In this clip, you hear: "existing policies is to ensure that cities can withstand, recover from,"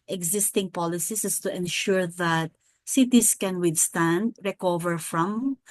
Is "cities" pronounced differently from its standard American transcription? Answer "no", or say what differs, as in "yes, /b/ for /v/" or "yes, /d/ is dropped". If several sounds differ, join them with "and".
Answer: yes, /s/ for /z/